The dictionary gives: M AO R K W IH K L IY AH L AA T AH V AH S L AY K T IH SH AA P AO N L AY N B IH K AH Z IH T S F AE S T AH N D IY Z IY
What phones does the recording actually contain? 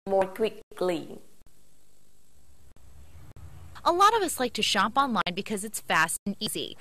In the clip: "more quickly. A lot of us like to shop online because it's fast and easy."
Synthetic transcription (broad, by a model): M AO R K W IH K L IY AH L AA T AH V AH S L AY K T IH SH AA P AO N L AY N B IH K AH Z IH T S F AE S T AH N IY Z IY